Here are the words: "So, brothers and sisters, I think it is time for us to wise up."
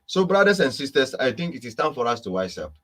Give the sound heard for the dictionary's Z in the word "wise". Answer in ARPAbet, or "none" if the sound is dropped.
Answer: S